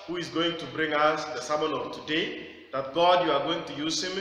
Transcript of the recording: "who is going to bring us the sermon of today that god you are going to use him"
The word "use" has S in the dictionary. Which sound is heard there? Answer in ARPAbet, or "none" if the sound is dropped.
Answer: S